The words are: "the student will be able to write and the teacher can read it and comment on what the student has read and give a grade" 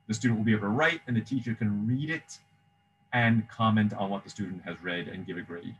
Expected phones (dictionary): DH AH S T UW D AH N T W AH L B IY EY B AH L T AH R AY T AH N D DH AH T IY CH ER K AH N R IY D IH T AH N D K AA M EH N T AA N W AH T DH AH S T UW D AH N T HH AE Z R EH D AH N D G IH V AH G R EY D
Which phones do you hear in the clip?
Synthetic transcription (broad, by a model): DH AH S T UW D N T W L B IY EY AH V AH R AY T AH N DH AH T IY CH ER K AH N R IY D IH T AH N K AA M EH N T N W AH T DH AH S T UW D N T HH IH Z R EH D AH N G IH V AH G R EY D